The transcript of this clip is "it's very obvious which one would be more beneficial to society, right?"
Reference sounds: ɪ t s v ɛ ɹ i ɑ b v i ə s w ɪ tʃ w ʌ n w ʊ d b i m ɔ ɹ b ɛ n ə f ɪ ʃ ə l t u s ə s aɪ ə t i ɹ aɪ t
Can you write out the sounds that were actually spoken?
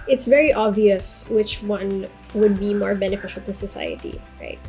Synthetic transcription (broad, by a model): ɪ t s v ɛ ɹ i ɑ b v i ə s w ɪ tʃ w ʌ n w ʊ d b i m ɔ ɹ b ɛ n ə f ɪ ʃ ə l t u s ə s aɪ ə t i ɹ aɪ t